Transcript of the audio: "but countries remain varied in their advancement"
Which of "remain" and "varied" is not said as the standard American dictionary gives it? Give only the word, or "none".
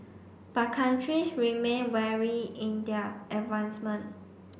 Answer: varied